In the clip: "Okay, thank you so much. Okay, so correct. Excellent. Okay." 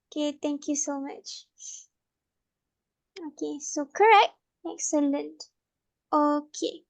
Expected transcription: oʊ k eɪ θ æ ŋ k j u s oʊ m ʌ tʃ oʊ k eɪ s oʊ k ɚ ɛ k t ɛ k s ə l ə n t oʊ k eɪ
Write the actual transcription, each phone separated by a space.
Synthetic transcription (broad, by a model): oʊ k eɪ t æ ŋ k j u s oʊ m ʌ tʃ oʊ k eɪ s oʊ k ɚ ɛ k t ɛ k s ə l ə n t oʊ k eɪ